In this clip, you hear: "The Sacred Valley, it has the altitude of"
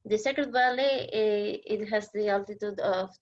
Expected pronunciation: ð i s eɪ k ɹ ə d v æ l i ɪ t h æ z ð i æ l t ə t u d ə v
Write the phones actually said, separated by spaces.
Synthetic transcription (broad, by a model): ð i s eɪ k ə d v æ l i ɪ t h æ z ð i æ l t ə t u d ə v